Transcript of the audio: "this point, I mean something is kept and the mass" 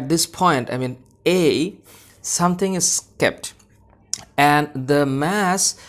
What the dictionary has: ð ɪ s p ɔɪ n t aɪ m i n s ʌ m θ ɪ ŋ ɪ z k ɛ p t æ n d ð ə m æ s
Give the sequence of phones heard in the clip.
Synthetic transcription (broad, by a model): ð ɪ s p ɔɪ n t aɪ m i n s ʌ m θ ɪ ŋ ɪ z k ɛ p t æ n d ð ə m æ s